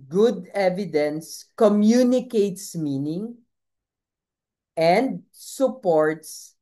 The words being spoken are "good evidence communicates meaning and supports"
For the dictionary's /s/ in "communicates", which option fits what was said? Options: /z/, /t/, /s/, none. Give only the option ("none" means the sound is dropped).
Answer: /s/